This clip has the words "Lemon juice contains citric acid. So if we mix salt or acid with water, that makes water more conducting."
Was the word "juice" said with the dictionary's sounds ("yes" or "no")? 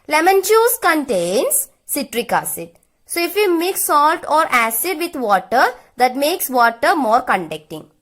no